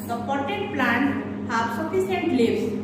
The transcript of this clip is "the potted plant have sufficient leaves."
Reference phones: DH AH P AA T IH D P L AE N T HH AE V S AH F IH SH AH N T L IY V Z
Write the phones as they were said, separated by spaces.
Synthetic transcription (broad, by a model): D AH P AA T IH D P L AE N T HH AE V S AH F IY S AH N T L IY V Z